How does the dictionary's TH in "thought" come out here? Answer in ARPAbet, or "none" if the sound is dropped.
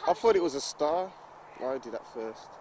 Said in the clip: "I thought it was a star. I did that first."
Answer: F